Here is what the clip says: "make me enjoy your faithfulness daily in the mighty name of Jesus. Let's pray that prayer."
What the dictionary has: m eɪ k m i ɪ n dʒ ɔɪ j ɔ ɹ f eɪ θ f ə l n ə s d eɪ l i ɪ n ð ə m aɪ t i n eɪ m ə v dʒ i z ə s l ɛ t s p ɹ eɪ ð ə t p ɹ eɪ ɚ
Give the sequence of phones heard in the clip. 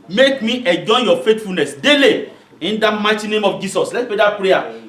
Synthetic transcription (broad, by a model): m eɪ k m i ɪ dʒ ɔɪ j ɔ f eɪ t f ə l n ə s d eɪ l i ɪ n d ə m aɪ t i n eɪ m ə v dʒ i s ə s l ɛ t p ɹ eɪ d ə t p ɹ eɪ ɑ